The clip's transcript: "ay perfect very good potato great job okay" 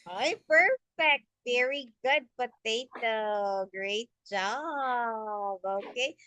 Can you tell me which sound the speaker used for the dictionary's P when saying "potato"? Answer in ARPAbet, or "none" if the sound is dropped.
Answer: B